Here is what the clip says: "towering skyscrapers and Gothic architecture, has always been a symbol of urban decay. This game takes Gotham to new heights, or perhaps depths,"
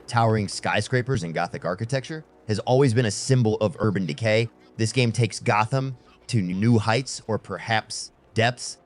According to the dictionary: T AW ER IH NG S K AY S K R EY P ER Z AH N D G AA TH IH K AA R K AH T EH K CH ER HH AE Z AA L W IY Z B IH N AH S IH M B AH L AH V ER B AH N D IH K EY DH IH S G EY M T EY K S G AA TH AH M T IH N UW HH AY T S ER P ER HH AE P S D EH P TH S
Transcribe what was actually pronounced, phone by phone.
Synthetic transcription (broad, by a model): T AW ER IH NG S K AY S K R EY P ER Z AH N G AA TH IH K AA R K AH T EH K CH ER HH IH Z AA L W IY Z B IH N AH S IH M B L AH V ER B AH N D IH K EY DH IH S G EY M T EY K S G AA TH AH M T IH N UW HH AY T S ER P ER HH AE P S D EH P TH S